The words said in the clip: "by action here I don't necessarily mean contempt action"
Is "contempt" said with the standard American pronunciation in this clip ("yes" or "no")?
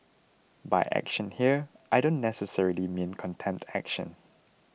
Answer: no